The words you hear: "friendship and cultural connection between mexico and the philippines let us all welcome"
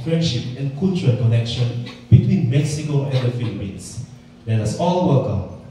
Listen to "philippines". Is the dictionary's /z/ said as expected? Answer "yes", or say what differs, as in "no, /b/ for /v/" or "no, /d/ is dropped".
no, /s/ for /z/